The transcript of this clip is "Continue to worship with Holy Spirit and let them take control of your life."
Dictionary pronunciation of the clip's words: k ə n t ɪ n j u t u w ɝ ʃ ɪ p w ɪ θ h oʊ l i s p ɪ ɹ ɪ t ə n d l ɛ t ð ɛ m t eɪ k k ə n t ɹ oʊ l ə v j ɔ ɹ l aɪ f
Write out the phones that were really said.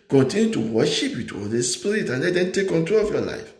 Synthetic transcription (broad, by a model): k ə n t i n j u t u w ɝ ʃ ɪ p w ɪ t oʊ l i s p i ɹ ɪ t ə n l ɛ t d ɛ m t eɪ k k ə n t ɹ oʊ l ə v j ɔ l aɪ f